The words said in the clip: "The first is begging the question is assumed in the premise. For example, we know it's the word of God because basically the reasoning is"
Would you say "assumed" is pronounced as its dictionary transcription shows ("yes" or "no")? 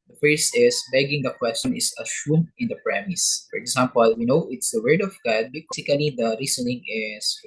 no